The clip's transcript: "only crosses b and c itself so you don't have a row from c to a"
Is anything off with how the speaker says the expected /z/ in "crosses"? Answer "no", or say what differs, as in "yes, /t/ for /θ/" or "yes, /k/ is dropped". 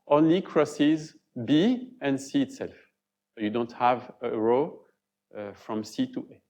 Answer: no